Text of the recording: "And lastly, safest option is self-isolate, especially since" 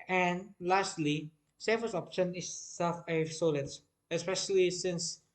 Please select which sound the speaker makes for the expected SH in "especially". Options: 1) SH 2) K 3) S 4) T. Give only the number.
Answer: 1